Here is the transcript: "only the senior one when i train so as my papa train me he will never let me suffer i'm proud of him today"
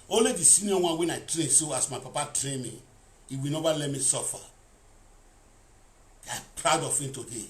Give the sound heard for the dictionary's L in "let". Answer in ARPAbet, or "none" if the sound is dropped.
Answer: L